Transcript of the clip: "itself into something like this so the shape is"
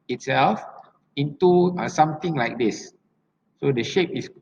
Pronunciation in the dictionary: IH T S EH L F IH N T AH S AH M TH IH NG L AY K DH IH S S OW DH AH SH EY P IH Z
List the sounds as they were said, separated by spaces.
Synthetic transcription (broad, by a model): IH T S EH L F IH N T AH S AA M T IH NG L AY K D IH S S OW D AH SH EY P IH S